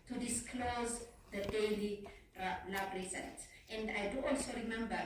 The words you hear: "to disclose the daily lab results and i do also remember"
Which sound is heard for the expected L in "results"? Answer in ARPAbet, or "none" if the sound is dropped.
N